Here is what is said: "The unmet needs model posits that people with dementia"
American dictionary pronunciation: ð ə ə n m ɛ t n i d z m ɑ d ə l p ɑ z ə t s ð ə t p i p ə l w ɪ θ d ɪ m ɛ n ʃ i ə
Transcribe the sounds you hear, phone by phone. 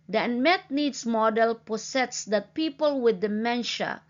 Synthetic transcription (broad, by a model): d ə ə n m ɛ t n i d s m ɑ d ə l p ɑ s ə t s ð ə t p i p ə l w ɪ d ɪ m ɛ n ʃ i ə